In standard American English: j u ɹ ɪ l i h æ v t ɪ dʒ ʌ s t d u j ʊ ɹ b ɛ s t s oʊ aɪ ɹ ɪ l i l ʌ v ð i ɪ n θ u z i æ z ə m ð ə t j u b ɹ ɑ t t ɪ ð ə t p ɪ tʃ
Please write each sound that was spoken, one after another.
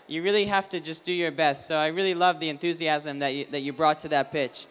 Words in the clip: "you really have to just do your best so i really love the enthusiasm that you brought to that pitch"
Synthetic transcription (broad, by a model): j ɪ ɹ ɪ l i h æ f t ɪ dʒ ʌ s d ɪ j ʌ ɹ b ɛ s t s oʊ aɪ ɹ ɪ l i l ʌ v ð i ɪ n θ u z i æ z ə m ð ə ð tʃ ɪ b ɹ ɑ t t ɪ ð ə t p ɪ tʃ